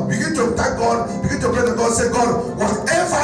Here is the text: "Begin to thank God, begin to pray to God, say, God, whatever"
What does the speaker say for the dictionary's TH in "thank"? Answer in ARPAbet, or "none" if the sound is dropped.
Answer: T